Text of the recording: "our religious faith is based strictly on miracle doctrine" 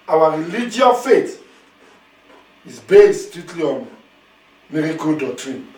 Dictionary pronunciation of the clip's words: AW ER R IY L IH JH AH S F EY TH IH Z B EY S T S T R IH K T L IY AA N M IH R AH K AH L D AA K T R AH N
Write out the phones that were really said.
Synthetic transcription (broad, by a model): AW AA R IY L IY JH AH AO F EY T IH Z B EY S T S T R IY T L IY AA N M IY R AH K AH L D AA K T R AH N